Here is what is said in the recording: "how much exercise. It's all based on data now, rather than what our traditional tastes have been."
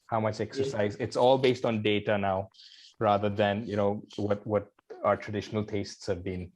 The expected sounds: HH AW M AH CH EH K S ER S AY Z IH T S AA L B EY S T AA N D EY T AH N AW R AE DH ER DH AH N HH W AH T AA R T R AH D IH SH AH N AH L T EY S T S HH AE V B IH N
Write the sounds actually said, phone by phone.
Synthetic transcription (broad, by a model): HH AW M AH CH EH K S ER S AY Z IH T S AA L B EY S T AA N D EY T AH N AW R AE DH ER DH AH N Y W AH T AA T T R AH D IH SH AH N AH L T EY S T S HH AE V B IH N